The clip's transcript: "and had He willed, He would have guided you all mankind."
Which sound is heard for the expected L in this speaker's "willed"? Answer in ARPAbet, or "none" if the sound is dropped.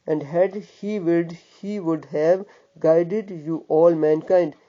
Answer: none